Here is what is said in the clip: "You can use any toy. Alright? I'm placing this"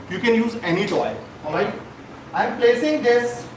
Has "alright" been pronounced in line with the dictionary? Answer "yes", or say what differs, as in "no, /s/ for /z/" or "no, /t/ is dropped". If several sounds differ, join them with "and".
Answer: no, /l/ is dropped